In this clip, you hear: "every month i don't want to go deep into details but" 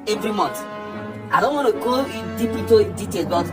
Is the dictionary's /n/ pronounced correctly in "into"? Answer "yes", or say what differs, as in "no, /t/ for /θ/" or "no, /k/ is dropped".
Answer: no, /n/ is dropped